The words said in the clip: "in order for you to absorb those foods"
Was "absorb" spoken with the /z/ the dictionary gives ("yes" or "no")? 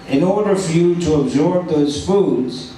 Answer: yes